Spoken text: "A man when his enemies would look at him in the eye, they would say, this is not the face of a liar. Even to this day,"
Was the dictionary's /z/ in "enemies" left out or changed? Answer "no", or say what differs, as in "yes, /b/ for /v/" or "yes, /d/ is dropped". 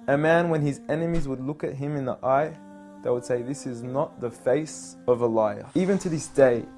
no